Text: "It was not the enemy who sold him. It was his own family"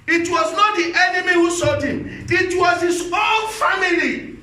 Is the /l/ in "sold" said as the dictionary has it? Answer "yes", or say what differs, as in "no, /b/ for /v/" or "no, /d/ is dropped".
no, /l/ is dropped